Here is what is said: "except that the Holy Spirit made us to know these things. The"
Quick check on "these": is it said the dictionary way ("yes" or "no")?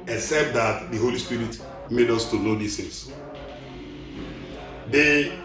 no